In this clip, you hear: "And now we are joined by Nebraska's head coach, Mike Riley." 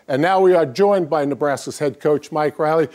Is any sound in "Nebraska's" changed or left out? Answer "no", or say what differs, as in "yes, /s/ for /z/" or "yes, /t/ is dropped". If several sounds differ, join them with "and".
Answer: yes, /k/ is dropped